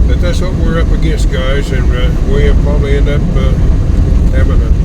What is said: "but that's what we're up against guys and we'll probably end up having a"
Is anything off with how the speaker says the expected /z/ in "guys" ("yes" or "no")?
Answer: no